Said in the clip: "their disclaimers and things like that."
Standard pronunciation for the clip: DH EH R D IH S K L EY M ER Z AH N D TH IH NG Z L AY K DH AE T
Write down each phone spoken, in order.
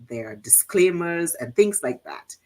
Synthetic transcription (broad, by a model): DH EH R D IH S K L EY M ER Z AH N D TH IH NG Z L AY K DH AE T